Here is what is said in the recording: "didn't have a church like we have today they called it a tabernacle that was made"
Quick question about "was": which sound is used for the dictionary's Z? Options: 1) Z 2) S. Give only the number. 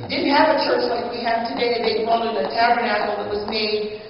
1